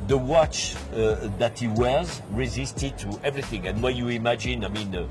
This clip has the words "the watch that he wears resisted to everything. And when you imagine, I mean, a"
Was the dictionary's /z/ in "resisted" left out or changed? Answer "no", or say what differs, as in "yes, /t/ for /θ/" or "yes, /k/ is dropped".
no